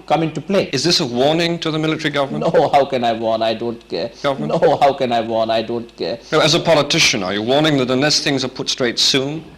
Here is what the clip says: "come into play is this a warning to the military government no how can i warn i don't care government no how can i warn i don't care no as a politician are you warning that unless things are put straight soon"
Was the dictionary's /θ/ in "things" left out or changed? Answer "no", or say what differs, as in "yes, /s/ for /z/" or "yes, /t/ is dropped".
no